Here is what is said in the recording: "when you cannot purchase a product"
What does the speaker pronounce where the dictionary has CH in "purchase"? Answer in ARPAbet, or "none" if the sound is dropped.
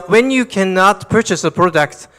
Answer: CH